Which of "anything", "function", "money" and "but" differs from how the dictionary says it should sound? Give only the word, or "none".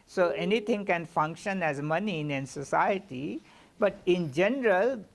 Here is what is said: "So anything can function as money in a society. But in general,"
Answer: anything